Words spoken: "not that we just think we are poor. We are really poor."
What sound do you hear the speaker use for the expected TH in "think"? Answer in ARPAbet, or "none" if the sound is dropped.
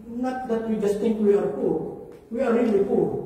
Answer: T